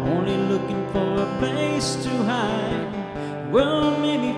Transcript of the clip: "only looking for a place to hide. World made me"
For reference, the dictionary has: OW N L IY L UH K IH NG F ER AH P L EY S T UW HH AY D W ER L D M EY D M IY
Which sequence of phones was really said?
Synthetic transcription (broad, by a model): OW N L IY L UH K IH NG F ER AH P EY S T UW HH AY W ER L M EY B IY